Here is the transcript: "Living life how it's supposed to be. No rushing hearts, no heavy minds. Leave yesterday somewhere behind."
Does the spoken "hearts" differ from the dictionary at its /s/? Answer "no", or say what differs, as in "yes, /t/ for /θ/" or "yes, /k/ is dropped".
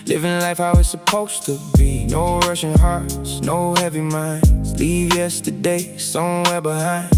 no